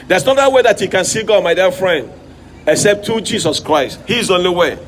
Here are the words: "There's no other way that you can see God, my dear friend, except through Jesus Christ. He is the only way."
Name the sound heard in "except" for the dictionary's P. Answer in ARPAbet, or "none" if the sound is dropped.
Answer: P